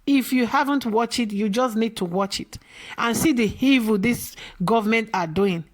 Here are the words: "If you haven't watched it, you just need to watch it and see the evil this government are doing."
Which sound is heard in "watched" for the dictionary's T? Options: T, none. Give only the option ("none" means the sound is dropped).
none